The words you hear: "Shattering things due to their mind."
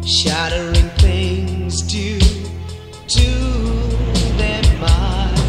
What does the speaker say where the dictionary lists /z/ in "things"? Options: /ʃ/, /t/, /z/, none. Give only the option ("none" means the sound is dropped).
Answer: /z/